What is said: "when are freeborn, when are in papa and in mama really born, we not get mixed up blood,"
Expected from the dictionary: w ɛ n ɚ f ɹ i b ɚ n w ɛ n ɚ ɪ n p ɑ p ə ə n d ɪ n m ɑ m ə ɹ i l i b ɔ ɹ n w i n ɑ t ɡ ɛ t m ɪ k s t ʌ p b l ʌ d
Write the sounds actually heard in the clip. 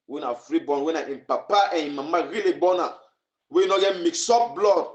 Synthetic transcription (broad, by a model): w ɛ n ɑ f ɹ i b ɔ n w ɛ n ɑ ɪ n p ɑ p ə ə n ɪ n m ɑ m ə ɹ i l i b ɔ n w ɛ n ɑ ɡ ɛ t m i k s ɔ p b l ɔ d